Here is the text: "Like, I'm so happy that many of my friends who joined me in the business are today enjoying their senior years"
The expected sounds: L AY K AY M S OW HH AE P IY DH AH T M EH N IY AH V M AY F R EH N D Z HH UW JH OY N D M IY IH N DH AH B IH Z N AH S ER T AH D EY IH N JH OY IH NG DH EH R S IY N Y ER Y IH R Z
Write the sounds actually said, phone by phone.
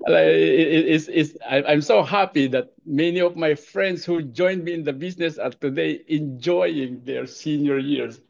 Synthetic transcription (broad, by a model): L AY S AY M S OW HH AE P IY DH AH T M EH N IY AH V M AY F R EH N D S HH UW JH OY N D M IY IH N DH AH B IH S N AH S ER T AH D EY IH N JH OY IH NG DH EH R S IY N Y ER Y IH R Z